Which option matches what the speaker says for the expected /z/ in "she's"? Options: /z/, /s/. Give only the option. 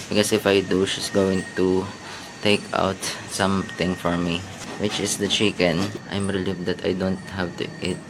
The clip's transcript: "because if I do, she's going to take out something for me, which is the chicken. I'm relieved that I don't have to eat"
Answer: /s/